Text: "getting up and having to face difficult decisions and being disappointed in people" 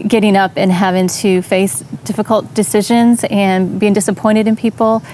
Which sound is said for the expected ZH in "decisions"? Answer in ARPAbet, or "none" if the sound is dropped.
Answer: ZH